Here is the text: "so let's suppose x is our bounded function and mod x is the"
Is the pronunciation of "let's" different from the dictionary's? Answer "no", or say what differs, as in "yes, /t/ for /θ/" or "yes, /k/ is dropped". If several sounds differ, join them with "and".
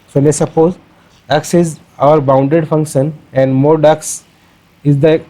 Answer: yes, /n/ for /l/